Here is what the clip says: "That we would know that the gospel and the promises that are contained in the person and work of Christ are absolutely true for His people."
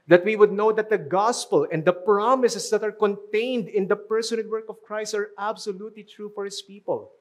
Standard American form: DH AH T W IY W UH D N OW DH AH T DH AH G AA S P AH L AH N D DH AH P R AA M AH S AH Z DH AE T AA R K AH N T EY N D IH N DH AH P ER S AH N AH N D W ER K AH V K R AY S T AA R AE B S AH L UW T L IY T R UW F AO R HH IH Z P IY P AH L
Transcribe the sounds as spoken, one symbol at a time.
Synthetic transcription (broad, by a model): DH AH T W IY W UH D N OW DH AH T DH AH G AA S P AH L AH N D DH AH P R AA M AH S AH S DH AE T AA R K AH N T EY N D IH N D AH P ER S AH N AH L W ER K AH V K R AY S T AA R AE B S AH L UW T L IY T R UW F AO R HH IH S P IY P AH L